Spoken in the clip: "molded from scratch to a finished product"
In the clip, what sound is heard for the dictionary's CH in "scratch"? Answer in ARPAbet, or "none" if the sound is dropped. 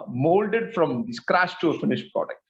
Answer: SH